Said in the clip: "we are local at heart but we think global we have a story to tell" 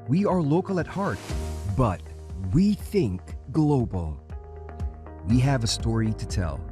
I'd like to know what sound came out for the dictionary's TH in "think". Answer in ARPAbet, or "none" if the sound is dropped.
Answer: TH